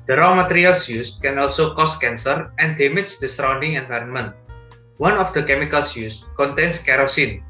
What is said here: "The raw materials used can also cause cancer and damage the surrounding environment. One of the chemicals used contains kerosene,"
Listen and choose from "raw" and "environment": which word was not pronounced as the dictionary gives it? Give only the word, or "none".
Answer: none